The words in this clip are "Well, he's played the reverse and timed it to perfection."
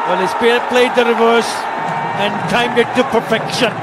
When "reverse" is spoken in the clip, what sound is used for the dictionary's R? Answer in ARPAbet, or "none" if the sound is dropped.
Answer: R